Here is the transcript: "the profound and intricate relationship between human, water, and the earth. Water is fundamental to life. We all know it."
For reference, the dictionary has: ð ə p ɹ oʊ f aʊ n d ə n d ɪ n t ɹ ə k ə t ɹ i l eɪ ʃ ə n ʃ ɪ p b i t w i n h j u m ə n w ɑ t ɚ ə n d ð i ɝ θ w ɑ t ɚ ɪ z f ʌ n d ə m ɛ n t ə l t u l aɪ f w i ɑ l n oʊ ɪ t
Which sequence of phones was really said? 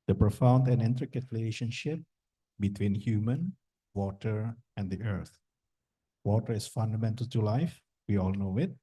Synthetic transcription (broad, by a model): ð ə p ɹ oʊ f aʊ n d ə n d ɪ n t ɹ ə k ə t ɹ i l eɪ ʃ ə n ʃ ɪ p b i t w i n h j u m ə n w ɑ t ɚ ə n d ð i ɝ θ w ɑ t ɚ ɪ s f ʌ n d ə m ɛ n t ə l t u l aɪ f w i ɑ l n oʊ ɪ t